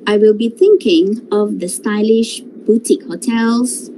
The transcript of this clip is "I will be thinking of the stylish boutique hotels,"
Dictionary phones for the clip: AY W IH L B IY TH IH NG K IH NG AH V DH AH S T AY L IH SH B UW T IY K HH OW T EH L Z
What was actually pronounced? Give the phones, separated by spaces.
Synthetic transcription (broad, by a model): AY W IH L B IY TH IH NG K IH NG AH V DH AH S T AY L IH SH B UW T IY K HH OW T EH L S